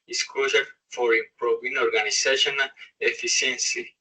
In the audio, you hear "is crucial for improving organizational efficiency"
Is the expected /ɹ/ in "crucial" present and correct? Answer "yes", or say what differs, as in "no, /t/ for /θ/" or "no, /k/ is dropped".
no, /l/ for /ɹ/